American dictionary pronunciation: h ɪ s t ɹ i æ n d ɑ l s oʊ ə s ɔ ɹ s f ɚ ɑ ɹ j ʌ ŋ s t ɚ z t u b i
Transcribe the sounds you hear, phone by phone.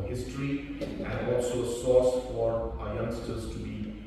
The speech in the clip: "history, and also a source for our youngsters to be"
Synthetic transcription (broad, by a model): h ɪ s t ɹ i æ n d ɑ l s oʊ ə s ɔ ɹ s f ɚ ɑ ɹ j ʌ ŋ s t ɚ z t u b i